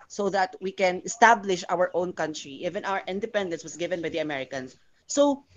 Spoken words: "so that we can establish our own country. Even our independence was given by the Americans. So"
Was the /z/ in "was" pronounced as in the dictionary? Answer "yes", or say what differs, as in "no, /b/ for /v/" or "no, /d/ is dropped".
no, /s/ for /z/